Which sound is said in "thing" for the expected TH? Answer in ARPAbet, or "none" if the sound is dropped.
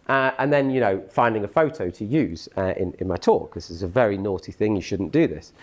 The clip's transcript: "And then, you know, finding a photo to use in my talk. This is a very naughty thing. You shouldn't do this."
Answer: TH